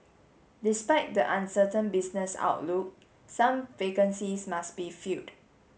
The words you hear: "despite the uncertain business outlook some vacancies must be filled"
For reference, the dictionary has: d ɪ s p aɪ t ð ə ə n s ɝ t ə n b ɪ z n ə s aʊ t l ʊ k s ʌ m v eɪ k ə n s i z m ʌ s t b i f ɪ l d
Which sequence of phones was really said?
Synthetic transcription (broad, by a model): d ɪ s p aɪ t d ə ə n s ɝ t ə n b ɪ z n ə s aʊ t l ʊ k s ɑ m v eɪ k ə n s i s m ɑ s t b i f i d